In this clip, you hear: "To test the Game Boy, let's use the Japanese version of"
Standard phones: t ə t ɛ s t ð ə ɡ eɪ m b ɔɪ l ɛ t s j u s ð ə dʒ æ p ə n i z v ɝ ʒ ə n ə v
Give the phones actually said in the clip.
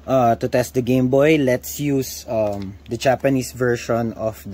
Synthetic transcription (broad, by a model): t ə t ɛ s t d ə ɡ eɪ m b ɔɪ l ɛ t s j u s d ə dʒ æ p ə n i s v ɝ ʃ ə n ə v